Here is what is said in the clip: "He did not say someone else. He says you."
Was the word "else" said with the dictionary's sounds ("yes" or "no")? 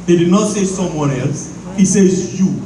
yes